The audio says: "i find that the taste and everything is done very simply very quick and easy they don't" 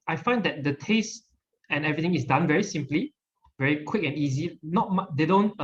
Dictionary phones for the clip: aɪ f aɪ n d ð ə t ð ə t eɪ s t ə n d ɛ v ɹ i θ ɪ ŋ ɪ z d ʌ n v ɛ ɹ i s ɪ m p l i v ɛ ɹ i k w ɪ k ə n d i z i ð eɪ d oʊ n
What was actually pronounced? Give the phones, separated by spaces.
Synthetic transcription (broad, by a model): aɪ f aɪ n d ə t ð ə t eɪ s t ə n ɛ v ɹ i t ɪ ŋ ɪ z d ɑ n v ɛ ɹ i s ɪ m p l i v ɛ ɹ i k w ɪ k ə n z i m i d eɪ d oʊ n